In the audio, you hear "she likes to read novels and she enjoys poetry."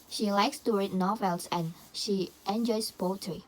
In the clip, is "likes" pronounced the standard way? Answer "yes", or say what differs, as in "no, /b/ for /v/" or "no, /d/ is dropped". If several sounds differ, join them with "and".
yes